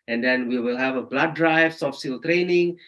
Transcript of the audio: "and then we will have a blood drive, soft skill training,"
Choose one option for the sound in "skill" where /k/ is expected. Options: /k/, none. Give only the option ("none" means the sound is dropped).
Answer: none